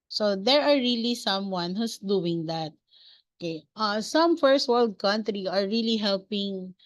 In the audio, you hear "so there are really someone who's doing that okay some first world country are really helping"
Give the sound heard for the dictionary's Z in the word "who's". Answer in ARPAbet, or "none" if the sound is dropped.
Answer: S